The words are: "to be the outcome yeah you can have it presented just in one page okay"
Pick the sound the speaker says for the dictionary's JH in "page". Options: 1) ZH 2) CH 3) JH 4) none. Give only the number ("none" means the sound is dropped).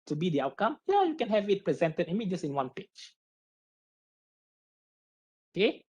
2